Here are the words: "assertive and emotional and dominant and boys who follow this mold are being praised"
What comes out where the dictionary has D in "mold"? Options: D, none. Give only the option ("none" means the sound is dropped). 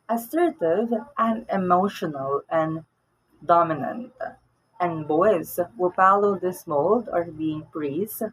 D